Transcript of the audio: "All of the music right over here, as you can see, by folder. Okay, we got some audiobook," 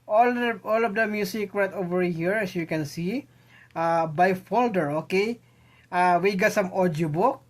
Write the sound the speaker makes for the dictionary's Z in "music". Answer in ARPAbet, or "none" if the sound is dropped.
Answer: S